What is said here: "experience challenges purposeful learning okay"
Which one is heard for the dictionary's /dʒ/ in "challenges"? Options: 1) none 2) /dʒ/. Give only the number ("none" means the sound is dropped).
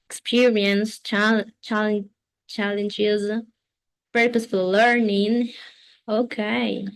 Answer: 2